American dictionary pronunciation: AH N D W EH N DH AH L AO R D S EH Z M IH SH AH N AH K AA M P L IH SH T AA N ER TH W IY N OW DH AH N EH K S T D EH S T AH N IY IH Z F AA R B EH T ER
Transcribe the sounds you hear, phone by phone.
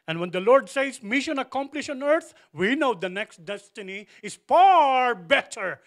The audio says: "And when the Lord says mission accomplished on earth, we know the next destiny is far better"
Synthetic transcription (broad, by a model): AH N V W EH N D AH L AO R D S EH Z M IH SH AH N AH K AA M P L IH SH AA N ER T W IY N OW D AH N EH K S T D EH S T AH N IY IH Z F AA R B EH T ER